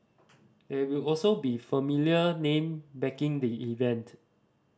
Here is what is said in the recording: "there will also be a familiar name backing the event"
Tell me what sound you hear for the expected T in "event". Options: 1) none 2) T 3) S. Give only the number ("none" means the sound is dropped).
2